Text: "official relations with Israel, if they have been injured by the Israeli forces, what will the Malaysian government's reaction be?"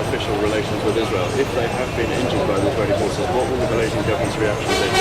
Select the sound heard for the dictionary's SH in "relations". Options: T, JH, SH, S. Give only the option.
SH